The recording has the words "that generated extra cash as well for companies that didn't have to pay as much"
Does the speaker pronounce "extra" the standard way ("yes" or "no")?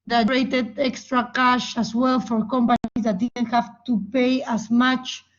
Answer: yes